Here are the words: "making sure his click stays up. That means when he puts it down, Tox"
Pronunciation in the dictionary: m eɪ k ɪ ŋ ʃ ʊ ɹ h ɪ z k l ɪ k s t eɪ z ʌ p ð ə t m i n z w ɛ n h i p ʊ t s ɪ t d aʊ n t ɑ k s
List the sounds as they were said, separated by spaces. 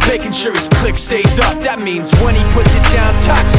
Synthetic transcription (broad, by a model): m eɪ k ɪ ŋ ʃ ʊ ɹ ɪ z k l ɪ k s t eɪ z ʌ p ð ə t m i n z w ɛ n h i p ʊ t s ɪ t d aʊ n t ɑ k s